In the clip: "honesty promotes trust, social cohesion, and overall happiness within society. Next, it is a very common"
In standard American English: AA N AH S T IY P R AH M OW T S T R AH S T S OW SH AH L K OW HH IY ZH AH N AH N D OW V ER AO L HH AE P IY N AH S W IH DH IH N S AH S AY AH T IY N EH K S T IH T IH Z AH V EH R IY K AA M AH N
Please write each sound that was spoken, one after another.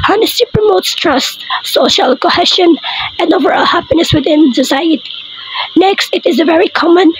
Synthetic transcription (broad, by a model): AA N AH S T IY P R AH M OW T S T R AH S T S OW SH AH L K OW HH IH SH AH N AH N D OW V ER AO HH AE P IY N AH S W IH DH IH N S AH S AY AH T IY N EH K S T IH T IH Z AH V EH R IY K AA M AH N